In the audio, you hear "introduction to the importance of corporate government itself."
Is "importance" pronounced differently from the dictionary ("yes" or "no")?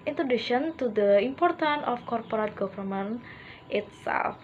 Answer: yes